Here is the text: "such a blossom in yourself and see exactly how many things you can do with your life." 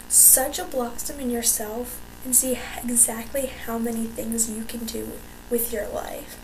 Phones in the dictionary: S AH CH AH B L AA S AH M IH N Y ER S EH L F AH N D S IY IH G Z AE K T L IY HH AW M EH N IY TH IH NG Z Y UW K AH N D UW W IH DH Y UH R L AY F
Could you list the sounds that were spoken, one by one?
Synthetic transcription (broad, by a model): S AH CH AH B L AA S AH M IH N Y ER S EH L F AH N S IY IH G Z AE K T L IY HH AW M EH N IY TH IH NG Z Y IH K AH N D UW W IH DH Y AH R L AY F